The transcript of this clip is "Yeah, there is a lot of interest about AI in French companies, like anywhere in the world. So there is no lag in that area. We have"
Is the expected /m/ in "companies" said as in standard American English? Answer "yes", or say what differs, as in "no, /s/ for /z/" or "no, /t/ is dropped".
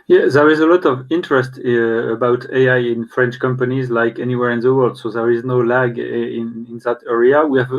yes